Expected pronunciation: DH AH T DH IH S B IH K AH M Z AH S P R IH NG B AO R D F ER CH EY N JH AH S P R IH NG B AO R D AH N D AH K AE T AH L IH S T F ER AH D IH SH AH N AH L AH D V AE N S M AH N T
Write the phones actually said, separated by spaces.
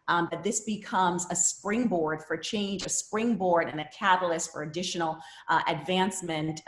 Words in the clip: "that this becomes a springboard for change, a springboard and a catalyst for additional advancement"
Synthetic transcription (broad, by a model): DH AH T DH IH S B IH K AH M Z AH S P R IH NG B AO R D F ER CH EY N JH AH S P R IH NG B AO R D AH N AH K AE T L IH S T F ER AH D IH SH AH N L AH D V AE N S M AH N T